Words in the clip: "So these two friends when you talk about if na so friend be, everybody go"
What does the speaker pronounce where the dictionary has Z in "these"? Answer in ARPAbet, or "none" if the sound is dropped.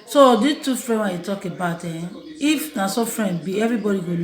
none